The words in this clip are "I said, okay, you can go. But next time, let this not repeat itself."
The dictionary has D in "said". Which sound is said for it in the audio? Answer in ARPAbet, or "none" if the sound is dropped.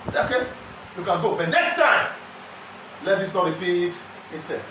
none